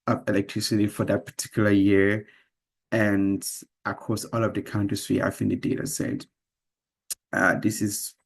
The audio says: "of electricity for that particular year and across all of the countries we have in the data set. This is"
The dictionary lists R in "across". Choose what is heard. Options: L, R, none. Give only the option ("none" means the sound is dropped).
none